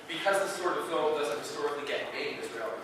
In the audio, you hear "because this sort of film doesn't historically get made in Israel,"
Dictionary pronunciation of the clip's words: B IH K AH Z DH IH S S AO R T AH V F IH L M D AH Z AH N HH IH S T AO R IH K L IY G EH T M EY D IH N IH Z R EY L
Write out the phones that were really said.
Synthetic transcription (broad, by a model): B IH K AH Z DH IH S S AO R T AH V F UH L D AH Z AH N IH S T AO R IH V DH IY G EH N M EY IH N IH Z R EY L